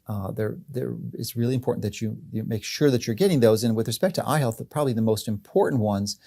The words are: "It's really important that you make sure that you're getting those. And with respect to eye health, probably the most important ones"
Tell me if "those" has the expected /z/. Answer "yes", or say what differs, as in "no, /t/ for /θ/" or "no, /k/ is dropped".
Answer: yes